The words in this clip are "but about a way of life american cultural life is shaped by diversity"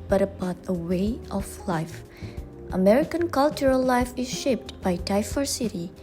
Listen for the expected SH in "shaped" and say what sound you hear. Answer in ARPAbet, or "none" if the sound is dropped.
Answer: SH